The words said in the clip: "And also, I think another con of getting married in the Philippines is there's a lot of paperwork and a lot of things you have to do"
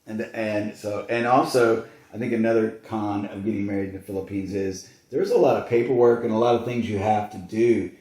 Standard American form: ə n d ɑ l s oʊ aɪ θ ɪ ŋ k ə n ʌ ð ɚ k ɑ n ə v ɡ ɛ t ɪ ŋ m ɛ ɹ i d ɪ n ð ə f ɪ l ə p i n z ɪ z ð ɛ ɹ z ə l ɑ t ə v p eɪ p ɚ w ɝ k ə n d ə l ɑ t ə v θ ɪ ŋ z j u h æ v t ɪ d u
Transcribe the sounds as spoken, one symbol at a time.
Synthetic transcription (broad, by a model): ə n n ɑ l s oʊ aɪ θ ɪ ŋ k ə n ʌ ð ɚ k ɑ n ə v ɡ ɛ t ɪ ŋ m ɛ ɹ i d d n ð ə f ɪ l ə p i n z ɪ z ð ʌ ɹ z ə l ɑ t ə v p eɪ p ɚ w ɝ k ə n ə l ɑ t ə v θ ɪ ŋ z j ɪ h æ f t ɪ d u